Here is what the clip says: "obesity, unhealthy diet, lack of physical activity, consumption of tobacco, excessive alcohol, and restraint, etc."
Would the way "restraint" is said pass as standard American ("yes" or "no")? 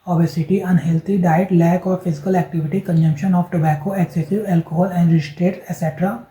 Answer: no